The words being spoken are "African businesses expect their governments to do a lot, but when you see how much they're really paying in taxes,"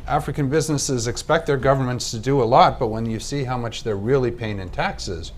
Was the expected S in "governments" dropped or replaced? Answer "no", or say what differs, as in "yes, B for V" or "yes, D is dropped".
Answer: no